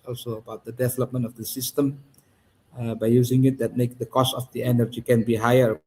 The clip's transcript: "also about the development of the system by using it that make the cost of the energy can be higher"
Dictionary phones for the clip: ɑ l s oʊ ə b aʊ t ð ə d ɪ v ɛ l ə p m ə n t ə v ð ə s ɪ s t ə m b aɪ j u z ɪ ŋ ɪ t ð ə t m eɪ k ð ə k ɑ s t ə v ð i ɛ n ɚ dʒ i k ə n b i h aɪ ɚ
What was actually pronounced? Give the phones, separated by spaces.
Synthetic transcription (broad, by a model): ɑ l s oʊ ə b aʊ t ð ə d ɪ v ɛ l ə p m ə n t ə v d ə s ɪ s t ə m b aɪ j u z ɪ ŋ ɪ t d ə t m eɪ k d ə k ɑ s t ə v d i ɛ n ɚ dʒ i k ə n b i h aɪ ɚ